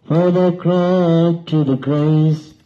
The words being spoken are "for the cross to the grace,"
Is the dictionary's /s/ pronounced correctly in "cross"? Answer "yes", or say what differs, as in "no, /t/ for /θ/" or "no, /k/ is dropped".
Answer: no, /s/ is dropped